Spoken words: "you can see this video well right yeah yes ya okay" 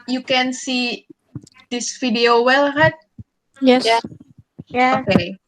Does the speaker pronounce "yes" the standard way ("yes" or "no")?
no